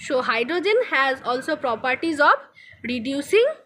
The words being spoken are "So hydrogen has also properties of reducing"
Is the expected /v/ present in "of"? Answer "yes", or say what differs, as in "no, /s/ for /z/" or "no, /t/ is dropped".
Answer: no, /b/ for /v/